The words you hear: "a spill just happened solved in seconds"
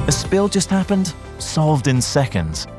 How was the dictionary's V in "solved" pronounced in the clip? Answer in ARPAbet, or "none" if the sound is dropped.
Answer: V